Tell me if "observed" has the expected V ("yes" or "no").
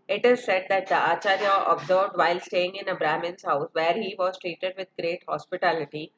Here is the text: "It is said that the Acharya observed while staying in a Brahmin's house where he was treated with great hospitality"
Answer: no